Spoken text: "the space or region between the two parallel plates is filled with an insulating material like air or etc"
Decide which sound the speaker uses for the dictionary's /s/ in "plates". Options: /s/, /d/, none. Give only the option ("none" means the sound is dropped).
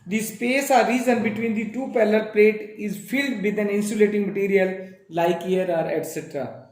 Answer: none